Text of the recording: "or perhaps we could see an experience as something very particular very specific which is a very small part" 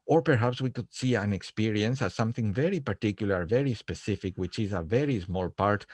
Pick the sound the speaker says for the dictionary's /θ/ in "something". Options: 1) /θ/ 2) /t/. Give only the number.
1